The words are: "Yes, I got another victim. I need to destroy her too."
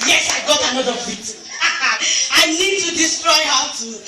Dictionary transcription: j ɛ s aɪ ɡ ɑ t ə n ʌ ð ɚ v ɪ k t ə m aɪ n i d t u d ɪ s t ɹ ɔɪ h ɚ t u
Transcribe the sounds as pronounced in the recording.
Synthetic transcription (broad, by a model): j ɛ s aɪ ɡ ɑ t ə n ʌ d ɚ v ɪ t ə ɪ n i d t u d ɪ s t ɹ ɔɪ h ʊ t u